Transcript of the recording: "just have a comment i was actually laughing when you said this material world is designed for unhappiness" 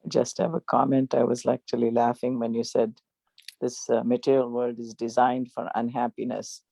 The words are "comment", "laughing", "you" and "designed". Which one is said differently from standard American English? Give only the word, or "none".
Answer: none